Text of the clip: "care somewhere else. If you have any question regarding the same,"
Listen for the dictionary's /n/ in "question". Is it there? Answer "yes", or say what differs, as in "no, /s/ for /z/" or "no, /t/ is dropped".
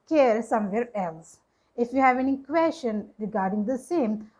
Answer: yes